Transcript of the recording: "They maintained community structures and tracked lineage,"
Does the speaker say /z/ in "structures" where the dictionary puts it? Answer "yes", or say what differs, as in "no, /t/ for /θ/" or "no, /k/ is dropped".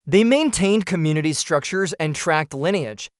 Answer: yes